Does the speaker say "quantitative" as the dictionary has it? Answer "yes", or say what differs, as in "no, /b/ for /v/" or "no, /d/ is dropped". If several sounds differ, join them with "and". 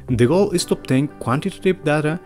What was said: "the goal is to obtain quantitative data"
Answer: no, /p/ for /v/